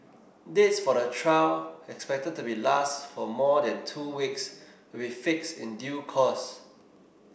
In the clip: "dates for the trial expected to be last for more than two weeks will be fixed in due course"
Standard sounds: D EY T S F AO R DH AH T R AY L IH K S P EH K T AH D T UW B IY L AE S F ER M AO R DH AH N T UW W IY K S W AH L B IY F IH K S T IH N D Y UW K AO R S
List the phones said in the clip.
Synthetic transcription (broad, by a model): D EY T S F AO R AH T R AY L IH K S P EH K T AH D T UW B IY L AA S F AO M AO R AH N T UW W IY K S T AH B IY F IH K S T IH N D Y UW K AO S